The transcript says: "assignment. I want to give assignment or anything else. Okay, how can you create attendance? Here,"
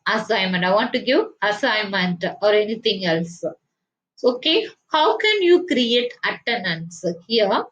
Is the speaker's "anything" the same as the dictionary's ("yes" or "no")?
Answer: no